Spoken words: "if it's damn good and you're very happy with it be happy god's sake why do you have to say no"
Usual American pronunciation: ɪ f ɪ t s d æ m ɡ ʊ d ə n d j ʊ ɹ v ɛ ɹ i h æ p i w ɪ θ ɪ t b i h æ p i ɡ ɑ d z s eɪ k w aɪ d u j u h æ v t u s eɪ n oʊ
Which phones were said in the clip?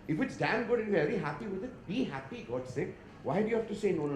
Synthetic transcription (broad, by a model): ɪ f ɪ t s d æ m ɡ ʊ d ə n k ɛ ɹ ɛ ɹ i h æ p i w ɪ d ɪ t b i h æ p i ɡ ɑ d s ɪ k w aɪ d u j u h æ f t u s eɪ n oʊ